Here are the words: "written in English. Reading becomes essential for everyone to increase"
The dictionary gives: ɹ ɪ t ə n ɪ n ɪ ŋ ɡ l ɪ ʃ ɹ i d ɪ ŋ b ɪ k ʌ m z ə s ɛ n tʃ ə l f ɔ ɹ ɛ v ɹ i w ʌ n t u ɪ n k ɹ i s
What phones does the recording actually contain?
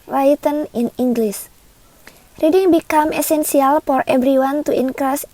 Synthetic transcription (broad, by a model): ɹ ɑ t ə n ɪ n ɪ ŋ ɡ l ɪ s ɹ i d ɪ ŋ b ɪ k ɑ m ə s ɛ n s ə l f ɔ ɹ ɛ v ɹ i w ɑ n t u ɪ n k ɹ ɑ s